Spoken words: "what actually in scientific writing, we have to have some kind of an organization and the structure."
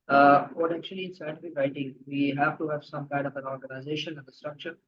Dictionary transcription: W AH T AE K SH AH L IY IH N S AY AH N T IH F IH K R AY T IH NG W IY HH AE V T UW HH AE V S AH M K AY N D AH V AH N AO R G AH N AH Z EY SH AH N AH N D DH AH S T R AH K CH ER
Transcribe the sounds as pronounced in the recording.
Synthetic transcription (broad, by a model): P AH T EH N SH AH L IY IH N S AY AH T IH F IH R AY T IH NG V IY HH AE V T UW HH AE V S AH M K AY N D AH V AH N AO R G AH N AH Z EY SH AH N AH N D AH S T R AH K CH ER